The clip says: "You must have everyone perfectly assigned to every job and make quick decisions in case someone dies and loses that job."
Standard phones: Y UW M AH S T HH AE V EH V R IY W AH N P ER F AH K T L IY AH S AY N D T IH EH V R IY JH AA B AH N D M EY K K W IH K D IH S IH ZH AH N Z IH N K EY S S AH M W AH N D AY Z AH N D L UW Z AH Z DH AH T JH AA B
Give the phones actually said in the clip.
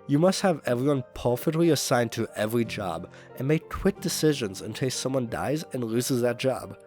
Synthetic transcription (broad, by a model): Y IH M AH S T HH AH V EH V R IY W AH N P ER F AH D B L IY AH S AY N T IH EH V R IY JH AA B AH N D M EY K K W IH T D IH S IH ZH AH N Z IH N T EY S S AH M W AH N D AY Z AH N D L UW Z AH Z DH AH T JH AA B